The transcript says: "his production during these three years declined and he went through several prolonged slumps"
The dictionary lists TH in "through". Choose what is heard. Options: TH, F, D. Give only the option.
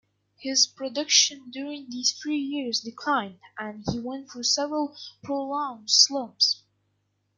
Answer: F